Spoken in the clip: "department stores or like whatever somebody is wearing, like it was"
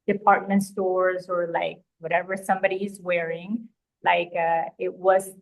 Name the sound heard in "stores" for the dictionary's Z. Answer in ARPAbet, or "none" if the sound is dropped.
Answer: Z